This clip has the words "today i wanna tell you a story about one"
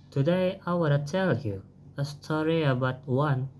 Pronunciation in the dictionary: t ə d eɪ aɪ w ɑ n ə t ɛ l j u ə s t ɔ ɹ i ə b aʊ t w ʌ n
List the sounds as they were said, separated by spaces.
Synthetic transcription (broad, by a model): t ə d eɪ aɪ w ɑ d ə s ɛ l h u ə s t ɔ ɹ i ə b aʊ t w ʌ n